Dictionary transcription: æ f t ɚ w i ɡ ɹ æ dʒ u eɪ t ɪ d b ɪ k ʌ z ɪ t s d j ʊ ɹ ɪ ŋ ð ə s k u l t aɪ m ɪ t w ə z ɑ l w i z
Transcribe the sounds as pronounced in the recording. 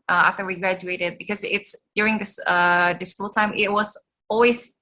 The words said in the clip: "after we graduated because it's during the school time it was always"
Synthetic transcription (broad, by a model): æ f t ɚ w i ɡ ɹ æ dʒ u eɪ t ɪ d b ɪ k ʌ z ɪ t s d j ʊ ɹ ɪ ŋ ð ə s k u l t aɪ m ɪ t w ə z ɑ l w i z